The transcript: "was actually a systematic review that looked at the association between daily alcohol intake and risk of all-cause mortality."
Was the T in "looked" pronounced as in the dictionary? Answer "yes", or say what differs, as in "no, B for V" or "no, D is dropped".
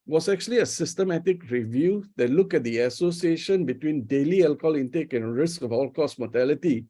no, T is dropped